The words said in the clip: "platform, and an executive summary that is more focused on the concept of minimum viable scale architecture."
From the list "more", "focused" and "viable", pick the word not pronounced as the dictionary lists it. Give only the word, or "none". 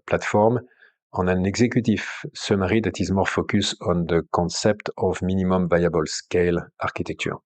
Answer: focused